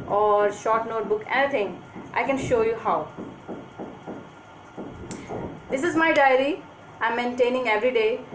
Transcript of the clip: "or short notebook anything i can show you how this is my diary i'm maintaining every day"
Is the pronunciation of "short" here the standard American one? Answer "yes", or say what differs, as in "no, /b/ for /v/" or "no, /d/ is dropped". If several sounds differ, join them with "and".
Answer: yes